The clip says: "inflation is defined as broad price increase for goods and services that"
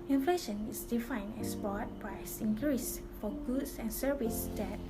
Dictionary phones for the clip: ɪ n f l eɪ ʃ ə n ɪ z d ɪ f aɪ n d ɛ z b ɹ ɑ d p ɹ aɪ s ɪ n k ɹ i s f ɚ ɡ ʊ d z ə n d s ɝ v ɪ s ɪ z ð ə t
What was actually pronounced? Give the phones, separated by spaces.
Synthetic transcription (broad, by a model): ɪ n f l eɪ ʃ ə n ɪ s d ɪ f aɪ n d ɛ s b ɑ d p ɹ aɪ s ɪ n k ɹ i s f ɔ ɡ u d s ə n s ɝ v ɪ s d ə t